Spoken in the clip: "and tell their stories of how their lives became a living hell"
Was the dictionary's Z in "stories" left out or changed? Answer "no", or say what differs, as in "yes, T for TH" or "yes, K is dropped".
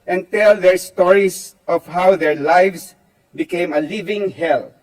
yes, S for Z